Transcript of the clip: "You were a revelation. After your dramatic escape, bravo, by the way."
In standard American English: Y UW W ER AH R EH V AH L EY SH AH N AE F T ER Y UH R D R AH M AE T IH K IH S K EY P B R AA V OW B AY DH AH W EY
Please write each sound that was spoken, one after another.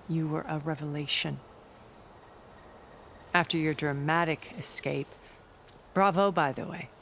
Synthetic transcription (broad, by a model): Y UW W ER AH R EH V AH L EY SH AH N AE F T ER Y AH R D R AH M AE T IH K IH S K EY P B R AA V OW B AY DH AH W EY